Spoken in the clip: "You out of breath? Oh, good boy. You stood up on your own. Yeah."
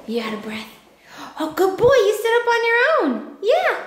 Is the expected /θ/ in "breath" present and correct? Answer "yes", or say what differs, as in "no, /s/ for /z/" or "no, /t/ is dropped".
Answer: yes